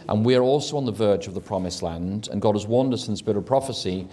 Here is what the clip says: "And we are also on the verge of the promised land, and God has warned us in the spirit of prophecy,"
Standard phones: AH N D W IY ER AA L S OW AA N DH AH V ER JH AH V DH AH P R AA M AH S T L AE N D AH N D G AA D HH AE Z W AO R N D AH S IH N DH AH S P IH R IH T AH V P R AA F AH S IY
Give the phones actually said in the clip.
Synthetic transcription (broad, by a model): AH N W IY ER AA L S OW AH N DH AH V ER JH AH V DH AH P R AA M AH S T L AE N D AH N G AA D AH Z W AO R N D AH S IH N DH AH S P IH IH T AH P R AA F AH S IY